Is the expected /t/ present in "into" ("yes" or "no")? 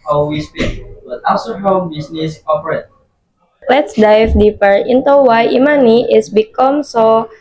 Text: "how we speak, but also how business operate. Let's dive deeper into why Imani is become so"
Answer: yes